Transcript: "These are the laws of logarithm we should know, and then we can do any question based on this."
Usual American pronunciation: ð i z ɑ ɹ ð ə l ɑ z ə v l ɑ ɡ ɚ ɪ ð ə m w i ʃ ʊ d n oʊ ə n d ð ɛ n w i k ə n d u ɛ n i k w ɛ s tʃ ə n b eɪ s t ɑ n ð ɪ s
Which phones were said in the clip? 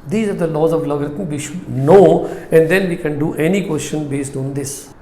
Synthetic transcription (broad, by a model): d i z ɑ ɹ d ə l ɑ z ə v l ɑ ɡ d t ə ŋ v i ʃ ʊ d n oʊ ə n d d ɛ n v i k ə n d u ɛ n i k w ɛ s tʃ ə n b eɪ s t ɑ n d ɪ s